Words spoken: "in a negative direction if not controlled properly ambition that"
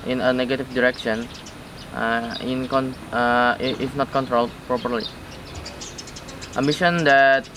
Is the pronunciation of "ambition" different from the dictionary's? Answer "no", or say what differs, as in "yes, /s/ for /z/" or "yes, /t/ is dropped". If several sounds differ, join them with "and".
yes, /b/ is dropped